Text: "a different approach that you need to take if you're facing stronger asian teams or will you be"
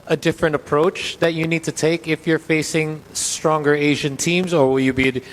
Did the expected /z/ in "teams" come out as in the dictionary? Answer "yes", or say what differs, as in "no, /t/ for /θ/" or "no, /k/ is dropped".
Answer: yes